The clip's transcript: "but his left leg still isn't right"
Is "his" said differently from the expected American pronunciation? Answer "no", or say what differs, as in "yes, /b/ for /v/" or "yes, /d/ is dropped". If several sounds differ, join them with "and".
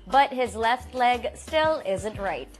no